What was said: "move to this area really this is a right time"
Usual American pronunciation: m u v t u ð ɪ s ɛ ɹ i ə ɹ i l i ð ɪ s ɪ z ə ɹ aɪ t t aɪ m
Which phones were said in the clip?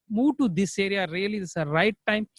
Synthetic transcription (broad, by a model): m u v t u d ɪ s ɛ ɹ i ə ɹ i i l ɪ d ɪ s ə ɹ aɪ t t aɪ m